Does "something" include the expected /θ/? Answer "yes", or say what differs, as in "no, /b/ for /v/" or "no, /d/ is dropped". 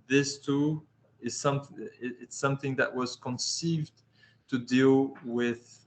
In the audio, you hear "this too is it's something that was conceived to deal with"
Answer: yes